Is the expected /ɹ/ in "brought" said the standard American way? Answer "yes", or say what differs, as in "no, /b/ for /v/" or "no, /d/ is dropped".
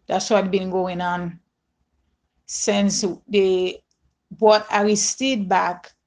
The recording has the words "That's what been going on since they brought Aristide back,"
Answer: no, /ɹ/ is dropped